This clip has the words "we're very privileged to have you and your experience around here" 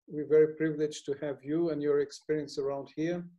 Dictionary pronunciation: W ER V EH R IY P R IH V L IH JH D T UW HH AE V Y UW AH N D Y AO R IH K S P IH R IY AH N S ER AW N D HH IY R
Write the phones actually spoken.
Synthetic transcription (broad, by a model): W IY V EH R IY P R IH V L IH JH T UW HH AE V Y UW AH N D Y AO R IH K S P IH R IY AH N S ER AW N D HH IY R